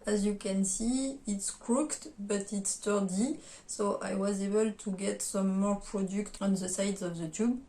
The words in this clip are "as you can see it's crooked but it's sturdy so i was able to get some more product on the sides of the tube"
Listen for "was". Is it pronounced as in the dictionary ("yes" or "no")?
yes